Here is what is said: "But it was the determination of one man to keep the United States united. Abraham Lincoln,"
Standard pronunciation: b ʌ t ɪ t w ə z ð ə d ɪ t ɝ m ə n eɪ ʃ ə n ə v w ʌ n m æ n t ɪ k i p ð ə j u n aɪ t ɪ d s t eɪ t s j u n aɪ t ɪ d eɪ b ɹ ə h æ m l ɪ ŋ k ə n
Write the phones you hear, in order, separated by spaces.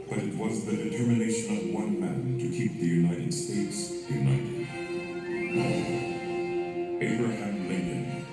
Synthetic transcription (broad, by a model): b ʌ t ɪ t w ə z ð ə d ɪ t ɝ m ə n eɪ ʃ ə n ə v w ʌ n m æ n t ɪ k i p ð ə j u n aɪ t ɪ d s t eɪ t s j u n aɪ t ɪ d eɪ b ɹ ə h æ m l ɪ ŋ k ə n